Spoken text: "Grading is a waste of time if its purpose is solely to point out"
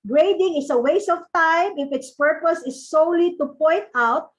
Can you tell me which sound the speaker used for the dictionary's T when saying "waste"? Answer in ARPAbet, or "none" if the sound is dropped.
none